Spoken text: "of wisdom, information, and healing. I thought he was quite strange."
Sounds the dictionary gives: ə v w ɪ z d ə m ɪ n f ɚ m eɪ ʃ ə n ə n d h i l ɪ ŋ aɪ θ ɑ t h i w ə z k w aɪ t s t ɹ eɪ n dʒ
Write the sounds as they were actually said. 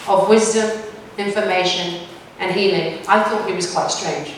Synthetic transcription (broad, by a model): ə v w ɪ z d ə m ɪ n f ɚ m eɪ ʃ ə n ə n h i l ɪ ŋ aɪ θ ɑ t h i w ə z k w aɪ t s t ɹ eɪ n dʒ